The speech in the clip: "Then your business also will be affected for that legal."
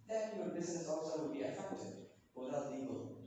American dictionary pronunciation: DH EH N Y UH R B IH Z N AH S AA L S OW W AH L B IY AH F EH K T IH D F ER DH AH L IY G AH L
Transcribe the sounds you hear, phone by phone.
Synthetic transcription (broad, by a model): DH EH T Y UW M B IH Z N AH S AA L S OW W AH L B IY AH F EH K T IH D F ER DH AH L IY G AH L